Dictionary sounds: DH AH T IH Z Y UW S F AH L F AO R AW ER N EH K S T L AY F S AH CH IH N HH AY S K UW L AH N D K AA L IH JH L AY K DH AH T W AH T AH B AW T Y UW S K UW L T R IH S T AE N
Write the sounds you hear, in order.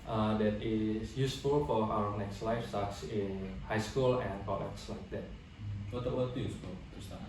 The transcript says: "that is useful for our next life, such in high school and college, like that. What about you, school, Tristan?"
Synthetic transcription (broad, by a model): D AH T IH S Y UW S F AH L F AO R AW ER N EH K S T L AY F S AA S IH N HH AY S K UW L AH N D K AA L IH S L AY K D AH T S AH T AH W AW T Y UW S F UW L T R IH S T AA